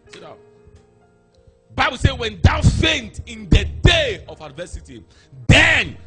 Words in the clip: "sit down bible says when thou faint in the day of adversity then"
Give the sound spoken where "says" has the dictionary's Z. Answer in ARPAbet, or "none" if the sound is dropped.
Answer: none